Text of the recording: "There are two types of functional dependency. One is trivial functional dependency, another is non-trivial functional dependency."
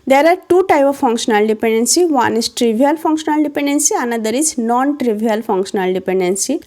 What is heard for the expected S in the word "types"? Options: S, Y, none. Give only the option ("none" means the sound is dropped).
none